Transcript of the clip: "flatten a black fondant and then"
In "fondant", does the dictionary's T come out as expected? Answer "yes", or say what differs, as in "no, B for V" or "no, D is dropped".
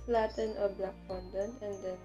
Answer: no, T is dropped